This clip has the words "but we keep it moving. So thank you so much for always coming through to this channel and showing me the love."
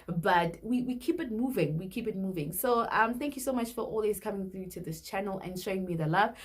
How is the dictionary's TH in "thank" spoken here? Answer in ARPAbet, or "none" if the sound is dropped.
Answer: TH